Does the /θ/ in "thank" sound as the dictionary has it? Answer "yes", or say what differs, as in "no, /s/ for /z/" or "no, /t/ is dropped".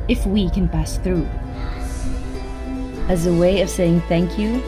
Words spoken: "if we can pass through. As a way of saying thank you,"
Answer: yes